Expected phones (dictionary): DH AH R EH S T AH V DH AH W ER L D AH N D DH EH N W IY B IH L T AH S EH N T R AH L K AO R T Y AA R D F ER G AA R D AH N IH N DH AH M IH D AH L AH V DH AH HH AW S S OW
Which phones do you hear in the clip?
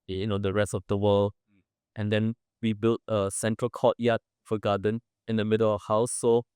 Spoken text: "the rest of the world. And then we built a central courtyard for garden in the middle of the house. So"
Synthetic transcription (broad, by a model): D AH R EH S T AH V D AH W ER L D AH N D EH N W IY B IH L T AH S EH N T R AH L K AO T Y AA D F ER G AA D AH N IH N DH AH M IH D AH L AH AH HH AW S S OW